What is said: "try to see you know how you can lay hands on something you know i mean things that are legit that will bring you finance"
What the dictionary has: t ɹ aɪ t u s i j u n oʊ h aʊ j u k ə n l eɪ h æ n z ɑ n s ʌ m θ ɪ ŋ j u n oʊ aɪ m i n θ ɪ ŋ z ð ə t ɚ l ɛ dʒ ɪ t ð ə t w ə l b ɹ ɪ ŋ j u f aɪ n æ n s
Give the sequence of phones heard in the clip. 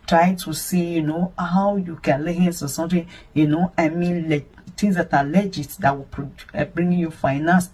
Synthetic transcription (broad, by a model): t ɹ aɪ t u s i j u n oʊ h aʊ j u k ə n l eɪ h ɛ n s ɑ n s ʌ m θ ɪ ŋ j u n oʊ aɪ m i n t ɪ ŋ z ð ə t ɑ l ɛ dʒ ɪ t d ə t w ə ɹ b ɹ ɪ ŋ j u f aɪ n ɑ n s